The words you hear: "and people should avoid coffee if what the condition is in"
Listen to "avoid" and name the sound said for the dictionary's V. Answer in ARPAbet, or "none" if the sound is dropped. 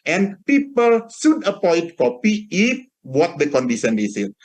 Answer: P